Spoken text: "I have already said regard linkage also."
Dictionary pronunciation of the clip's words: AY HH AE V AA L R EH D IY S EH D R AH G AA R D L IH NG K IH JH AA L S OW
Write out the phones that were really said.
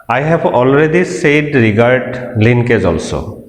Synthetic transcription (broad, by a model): AY HH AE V AA L R EH D IY S EH D R AH G AA R D L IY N K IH Z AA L S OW